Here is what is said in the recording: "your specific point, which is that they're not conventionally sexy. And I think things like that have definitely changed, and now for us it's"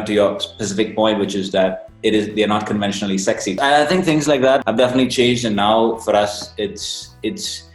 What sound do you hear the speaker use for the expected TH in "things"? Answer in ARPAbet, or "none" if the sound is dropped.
TH